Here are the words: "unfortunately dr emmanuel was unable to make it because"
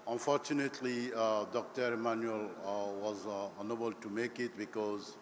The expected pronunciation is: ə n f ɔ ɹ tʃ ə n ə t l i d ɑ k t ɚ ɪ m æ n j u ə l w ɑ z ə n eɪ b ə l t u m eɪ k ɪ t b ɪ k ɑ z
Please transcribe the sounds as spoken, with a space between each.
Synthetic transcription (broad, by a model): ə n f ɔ ɹ tʃ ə n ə t l i d ɑ k t ɚ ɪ m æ n j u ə l w ɑ z ə n eɪ b ə l t u m eɪ k ɪ t b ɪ k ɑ z